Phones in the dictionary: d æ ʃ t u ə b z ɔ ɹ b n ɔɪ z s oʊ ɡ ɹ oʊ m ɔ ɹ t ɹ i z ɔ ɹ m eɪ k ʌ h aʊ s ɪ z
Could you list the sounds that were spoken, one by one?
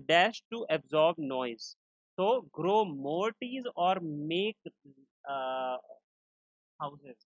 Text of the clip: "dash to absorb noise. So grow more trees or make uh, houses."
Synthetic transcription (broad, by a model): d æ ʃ t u ə b z ɔ ɹ b n ɔɪ z s oʊ ɡ ɹ oʊ m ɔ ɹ t i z ɔ ɹ m eɪ k h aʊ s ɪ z